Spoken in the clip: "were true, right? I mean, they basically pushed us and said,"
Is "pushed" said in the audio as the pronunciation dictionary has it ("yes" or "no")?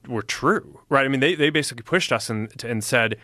yes